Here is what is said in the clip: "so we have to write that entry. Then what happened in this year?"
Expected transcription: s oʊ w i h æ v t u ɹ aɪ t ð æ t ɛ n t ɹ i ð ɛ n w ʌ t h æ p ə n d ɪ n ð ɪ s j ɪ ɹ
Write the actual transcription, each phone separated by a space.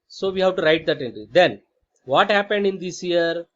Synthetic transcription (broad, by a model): s oʊ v i h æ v t u ɹ aɪ t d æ t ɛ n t ɹ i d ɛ n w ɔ t h æ p ə n d ɪ n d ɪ s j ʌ ɹ